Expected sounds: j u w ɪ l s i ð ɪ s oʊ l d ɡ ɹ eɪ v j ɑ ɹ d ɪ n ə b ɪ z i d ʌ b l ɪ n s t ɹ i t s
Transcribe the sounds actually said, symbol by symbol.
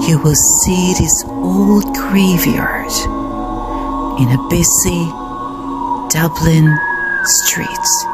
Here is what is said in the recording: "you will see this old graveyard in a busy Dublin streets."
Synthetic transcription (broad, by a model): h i w ɪ l s i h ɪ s oʊ l d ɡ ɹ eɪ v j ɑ ɹ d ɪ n ə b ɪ s i d ʌ b l ɪ n s t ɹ i t s